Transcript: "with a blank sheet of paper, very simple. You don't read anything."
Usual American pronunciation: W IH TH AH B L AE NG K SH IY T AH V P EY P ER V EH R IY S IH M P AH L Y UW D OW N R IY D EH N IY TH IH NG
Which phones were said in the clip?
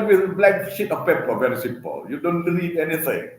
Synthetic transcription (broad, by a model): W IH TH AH B L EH K SH IY T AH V P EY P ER V EH R IY S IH M P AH L Y UW D OW N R IY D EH N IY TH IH NG